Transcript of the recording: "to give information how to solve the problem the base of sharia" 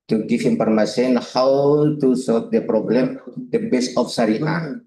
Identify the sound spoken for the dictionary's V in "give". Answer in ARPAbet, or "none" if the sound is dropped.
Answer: F